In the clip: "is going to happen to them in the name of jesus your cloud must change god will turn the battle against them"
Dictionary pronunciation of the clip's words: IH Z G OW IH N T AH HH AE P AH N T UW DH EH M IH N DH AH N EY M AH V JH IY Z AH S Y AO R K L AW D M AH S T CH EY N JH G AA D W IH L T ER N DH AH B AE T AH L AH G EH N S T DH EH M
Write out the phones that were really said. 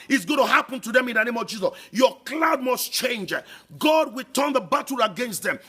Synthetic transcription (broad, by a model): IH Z G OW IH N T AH HH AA P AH N T UW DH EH M IH N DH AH N EY M AH V JH IY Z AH S Y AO K L AW D M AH S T CH EY N JH G AA D W IH L T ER N DH AH B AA T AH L AH G EH N S T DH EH M